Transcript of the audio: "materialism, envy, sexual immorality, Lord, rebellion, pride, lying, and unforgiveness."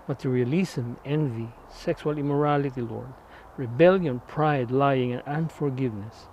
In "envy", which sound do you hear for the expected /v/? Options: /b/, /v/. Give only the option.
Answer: /v/